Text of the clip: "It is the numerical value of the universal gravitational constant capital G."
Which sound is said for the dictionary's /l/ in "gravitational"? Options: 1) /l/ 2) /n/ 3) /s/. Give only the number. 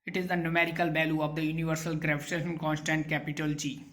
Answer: 2